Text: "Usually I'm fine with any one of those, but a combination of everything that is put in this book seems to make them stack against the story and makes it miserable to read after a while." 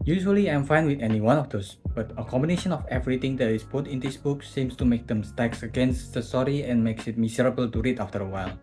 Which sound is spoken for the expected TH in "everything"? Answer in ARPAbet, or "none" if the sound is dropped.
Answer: T